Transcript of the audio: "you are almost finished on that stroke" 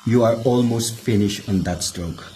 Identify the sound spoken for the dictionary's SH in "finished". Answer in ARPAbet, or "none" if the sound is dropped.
SH